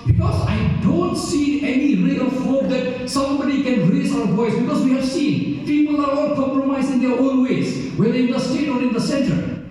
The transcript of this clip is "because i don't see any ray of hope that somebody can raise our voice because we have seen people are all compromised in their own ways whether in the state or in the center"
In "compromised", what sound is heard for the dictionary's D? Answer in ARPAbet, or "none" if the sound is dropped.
none